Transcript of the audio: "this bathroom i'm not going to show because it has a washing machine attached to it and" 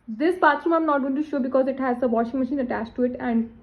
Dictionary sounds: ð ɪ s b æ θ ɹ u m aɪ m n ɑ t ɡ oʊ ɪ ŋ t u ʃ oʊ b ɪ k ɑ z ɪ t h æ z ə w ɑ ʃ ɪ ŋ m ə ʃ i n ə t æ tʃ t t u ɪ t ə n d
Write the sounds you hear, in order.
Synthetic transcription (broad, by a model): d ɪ s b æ t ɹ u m aɪ m n ɑ t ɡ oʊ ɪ t u ʃ oʊ b ɪ k ɑ z ɪ t h æ z ə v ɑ ʃ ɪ ŋ m ə ʃ i n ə t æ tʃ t t u ɪ t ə n d